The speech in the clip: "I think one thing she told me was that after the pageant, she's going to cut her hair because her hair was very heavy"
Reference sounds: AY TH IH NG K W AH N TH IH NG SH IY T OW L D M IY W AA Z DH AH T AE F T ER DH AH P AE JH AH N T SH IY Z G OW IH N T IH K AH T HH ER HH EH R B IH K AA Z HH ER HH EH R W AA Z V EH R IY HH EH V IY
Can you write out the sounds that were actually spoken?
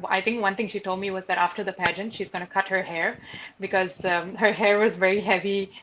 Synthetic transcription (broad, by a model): AY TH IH NG K W AH N T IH NG SH IY T OW L D M IY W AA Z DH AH T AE F T ER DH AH P AE JH AH N T SH IY Z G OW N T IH K AH T HH ER HH EH R B IH K AA Z HH ER HH EH R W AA Z V EH R IY HH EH V IY